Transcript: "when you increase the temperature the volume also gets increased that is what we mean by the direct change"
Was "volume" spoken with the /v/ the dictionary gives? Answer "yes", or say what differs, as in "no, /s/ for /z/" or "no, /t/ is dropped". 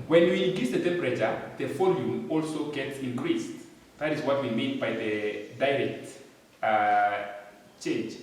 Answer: no, /f/ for /v/